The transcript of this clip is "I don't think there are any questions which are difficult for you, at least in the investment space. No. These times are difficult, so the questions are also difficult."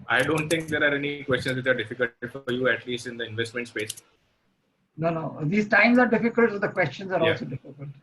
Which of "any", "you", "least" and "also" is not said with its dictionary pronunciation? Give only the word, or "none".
also